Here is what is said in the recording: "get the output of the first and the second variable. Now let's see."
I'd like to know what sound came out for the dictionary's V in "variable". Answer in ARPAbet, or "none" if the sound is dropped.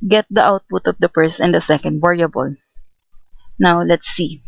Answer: W